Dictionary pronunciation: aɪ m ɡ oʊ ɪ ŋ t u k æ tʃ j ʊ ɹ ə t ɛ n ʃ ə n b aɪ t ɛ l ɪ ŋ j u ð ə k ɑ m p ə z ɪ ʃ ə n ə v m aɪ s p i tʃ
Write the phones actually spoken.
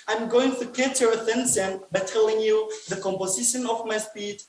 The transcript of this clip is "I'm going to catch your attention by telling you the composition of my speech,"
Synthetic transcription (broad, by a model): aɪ m ɡ oʊ ɪ ŋ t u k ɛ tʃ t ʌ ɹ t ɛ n s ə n b aɪ t ɛ l ɪ ŋ j u ð ə k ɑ m p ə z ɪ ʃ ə n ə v m aɪ s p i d